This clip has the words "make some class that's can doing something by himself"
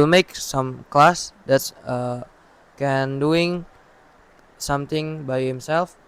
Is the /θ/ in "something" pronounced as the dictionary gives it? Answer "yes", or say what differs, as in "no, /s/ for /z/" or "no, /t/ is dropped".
no, /t/ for /θ/